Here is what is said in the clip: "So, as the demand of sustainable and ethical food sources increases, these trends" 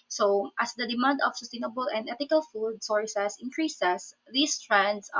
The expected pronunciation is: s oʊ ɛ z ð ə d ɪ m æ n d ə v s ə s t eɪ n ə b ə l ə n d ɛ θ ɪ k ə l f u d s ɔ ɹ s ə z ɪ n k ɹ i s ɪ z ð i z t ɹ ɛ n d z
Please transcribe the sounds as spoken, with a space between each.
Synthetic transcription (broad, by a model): s oʊ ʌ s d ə d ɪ m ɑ n d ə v s ə s t eɪ n ə b ə l ə n d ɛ t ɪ k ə l f u d s ɔ ɹ s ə s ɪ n k ɹ i s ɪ s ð i s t ɹ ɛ n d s